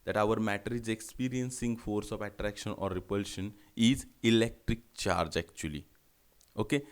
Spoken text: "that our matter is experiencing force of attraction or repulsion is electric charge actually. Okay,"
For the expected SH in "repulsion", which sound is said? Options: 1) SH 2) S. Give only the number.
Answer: 1